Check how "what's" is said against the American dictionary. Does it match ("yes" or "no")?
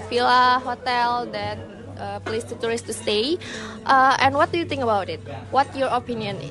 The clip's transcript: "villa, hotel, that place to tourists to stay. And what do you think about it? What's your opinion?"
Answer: no